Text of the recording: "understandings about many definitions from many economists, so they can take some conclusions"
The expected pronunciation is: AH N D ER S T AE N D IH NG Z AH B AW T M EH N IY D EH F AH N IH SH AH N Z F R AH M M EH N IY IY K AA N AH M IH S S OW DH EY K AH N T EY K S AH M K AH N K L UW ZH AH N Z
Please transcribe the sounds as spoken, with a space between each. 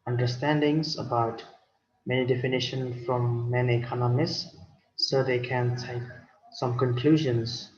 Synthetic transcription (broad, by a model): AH N D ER S T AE N D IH NG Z AH B AW T M EH N IY D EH F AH N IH SH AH N F R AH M M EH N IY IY K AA N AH M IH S S OW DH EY K AH N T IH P S AH M K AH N K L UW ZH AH N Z